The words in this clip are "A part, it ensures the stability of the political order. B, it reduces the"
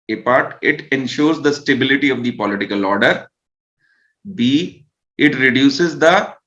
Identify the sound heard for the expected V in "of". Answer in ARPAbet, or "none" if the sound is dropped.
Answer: V